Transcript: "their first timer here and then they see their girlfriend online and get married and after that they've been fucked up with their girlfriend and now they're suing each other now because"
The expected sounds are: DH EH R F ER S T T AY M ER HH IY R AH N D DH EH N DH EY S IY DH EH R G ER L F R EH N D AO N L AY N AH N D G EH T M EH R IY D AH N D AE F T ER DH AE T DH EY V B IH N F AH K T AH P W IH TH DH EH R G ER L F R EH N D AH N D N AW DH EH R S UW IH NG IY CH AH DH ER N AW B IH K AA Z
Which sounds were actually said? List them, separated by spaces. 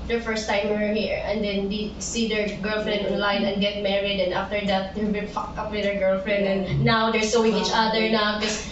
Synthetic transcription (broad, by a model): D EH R F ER S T T AY M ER HH IY R AH N D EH N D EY S IY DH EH R G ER L F R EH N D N L AY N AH N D G EH T M EH R IY D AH N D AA F T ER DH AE T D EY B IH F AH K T AH P W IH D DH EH R G ER L F R EH N D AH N N AW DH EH R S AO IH NG IY CH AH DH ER N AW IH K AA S